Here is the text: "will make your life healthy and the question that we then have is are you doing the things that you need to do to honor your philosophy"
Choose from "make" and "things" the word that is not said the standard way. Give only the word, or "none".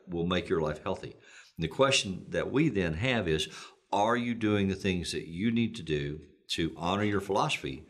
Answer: none